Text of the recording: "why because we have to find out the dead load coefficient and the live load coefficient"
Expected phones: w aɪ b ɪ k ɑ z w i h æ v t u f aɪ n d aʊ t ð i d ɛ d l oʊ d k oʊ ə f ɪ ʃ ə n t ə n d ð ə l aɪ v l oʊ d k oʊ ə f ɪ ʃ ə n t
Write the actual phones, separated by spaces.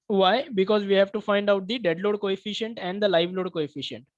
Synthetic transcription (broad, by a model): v aɪ b ɪ k ɑ z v i h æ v t u f aɪ n d aʊ t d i d ɛ d l oʊ d k oʊ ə f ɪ ʃ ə n t ə n d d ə l aɪ v l oʊ d k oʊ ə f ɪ ʃ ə n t